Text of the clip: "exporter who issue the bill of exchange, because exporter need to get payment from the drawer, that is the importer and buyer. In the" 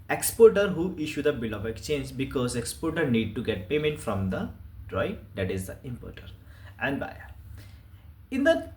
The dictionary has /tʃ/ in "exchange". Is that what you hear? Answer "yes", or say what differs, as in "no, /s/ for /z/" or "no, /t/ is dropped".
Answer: yes